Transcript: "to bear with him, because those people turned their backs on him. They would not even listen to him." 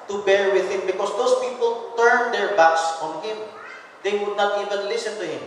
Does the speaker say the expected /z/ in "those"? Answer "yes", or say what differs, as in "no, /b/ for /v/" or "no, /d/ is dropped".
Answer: no, /s/ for /z/